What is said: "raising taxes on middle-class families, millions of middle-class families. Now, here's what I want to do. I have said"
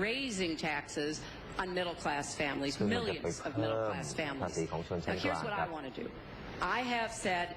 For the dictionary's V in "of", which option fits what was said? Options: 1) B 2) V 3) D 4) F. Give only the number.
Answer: 2